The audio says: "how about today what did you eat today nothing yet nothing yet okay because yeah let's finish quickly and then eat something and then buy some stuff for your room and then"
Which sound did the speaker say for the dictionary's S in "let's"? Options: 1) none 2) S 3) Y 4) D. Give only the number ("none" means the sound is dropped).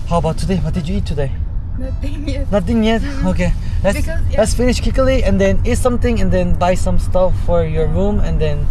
2